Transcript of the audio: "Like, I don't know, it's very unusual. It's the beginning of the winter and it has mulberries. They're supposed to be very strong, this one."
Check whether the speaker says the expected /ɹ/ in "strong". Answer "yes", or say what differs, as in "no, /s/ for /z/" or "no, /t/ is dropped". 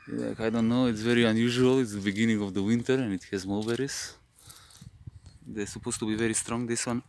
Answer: yes